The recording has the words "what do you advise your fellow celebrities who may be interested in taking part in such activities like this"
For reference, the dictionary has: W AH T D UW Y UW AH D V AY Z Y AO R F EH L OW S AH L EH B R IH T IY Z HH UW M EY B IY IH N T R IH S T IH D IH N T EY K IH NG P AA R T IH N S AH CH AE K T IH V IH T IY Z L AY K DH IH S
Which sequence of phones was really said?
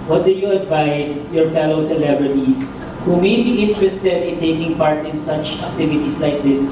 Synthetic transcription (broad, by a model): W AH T D UW Y UW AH D V AY S Y AO R F EH L OW S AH L EH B R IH T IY S HH UW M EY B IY IH N T R IH S T IH D IH N T EY K IH NG P AA R T IH N S AH CH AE K T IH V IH T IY S L AY K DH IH S